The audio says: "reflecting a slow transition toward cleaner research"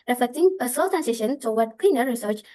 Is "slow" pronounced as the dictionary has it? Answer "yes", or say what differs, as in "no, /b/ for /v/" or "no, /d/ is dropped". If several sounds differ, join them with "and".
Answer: no, /l/ is dropped